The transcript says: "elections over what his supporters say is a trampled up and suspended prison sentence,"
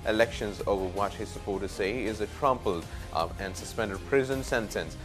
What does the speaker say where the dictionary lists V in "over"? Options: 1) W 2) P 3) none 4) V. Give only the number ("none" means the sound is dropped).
4